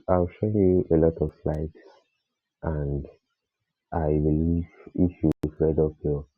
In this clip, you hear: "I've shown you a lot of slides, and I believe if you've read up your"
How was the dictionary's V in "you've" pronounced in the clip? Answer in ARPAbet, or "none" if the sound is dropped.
F